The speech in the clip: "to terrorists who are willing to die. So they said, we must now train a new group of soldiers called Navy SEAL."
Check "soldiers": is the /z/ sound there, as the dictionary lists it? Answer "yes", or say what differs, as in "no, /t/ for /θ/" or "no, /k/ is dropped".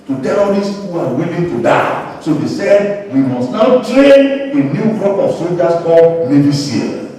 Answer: no, /s/ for /z/